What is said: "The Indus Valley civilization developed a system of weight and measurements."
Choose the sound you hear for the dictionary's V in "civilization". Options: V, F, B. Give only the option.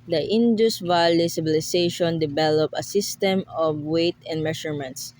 B